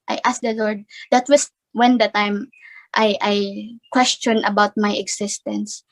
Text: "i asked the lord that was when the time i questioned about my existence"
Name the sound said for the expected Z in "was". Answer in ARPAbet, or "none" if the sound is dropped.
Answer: S